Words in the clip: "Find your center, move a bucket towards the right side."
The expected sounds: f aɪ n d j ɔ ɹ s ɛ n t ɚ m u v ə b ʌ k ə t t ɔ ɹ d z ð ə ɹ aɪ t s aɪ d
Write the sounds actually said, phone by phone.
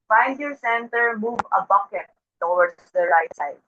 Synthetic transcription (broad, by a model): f aɪ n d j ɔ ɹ s ɛ n t ɚ m u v ə b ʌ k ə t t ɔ w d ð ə ɹ aɪ t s aɪ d